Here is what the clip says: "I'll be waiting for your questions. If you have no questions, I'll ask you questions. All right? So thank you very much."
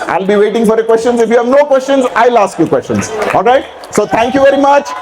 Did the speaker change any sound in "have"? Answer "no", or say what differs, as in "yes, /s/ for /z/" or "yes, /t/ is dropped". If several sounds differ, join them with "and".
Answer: no